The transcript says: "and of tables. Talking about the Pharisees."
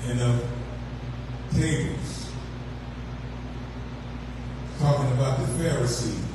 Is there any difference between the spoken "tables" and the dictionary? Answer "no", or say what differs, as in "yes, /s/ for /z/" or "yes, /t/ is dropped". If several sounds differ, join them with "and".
yes, /b/ is dropped